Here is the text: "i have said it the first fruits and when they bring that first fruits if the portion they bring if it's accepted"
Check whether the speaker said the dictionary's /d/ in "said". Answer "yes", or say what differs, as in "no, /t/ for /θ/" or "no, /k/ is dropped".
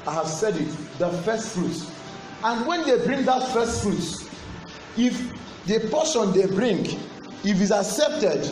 yes